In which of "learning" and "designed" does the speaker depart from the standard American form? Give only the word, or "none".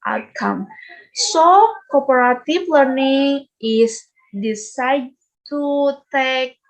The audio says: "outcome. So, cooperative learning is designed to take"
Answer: designed